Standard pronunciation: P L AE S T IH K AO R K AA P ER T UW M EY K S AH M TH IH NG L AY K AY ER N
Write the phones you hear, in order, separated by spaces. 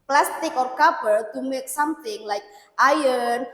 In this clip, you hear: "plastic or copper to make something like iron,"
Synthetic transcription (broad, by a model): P L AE S T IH K AO R K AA B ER T UW M EY K S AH M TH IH NG L AY K AY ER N